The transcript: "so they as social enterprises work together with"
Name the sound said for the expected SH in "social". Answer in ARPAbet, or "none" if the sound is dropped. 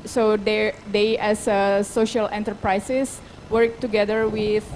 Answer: SH